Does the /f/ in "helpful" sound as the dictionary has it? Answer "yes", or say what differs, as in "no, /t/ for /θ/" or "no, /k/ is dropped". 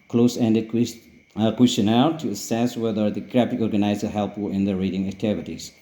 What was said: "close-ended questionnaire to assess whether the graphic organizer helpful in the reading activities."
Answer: no, /f/ is dropped